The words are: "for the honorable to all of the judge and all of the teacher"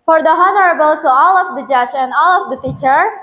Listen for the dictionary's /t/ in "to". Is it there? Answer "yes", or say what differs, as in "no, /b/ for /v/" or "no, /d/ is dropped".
no, /s/ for /t/